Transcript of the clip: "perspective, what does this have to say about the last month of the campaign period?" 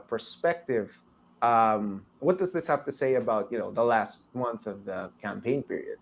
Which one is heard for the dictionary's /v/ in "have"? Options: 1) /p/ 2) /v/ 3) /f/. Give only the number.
3